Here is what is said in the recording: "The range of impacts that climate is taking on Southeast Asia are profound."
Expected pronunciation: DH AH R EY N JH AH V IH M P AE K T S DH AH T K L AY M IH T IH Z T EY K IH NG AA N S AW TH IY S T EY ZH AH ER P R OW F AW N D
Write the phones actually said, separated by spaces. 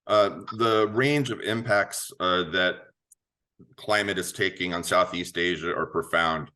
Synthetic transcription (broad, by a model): DH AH R EY N JH AH V IH M P AE K T S DH AH T K L AY M IH T IH Z T EY K IH NG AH N S AW TH IY S T EY ZH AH ER P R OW F AW N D